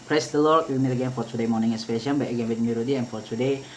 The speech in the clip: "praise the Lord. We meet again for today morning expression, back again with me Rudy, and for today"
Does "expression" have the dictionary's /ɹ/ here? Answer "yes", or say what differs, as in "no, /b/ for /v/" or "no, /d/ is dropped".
no, /ɹ/ is dropped